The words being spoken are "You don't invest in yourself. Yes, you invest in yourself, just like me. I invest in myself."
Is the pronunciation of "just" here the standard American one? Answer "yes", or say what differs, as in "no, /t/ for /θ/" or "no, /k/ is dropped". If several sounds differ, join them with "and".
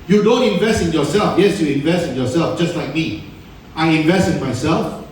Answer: yes